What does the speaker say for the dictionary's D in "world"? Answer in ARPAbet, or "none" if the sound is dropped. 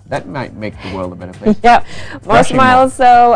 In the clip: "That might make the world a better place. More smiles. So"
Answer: D